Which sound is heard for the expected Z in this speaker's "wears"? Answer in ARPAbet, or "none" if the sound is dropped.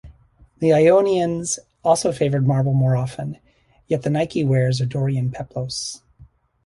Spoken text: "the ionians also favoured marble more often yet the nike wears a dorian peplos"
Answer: Z